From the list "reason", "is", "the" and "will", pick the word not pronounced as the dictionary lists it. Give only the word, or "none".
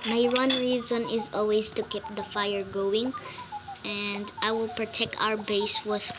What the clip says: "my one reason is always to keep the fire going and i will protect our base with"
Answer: none